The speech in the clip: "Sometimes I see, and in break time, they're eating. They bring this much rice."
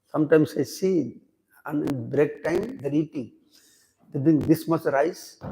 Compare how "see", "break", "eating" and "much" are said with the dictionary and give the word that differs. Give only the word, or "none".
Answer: much